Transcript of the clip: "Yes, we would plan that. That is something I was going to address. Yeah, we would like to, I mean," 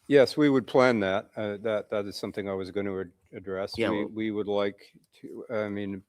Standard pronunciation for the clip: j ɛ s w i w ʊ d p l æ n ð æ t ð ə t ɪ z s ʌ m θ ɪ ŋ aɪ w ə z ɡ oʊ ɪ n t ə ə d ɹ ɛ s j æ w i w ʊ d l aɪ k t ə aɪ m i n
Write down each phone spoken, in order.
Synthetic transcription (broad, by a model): j ɛ s w i w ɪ d p l æ n ð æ t ð ə t ɪ z s ʌ m θ ɪ ŋ aɪ w ə z ɡ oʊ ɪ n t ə ə d ɹ ɛ s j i w i w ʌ d l aɪ k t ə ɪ m i n